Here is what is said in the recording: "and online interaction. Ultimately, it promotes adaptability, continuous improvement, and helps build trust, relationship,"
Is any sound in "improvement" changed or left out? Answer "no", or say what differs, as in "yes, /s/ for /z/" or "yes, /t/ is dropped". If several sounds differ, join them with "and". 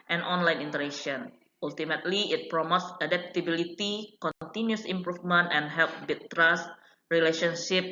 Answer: yes, /f/ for /v/